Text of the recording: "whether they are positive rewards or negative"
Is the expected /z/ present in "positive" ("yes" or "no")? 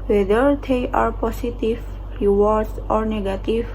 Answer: no